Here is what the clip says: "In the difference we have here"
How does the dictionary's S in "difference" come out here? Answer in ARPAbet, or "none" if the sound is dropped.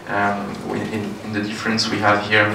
S